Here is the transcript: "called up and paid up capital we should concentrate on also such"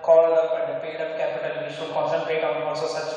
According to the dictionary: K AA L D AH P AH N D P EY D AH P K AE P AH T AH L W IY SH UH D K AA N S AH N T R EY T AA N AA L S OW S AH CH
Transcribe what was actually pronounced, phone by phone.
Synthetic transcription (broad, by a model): K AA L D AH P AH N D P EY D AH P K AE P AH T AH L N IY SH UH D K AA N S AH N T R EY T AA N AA S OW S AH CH